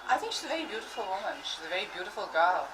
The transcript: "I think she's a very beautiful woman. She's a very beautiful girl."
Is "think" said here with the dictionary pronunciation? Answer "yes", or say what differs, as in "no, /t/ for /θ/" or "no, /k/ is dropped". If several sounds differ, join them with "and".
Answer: yes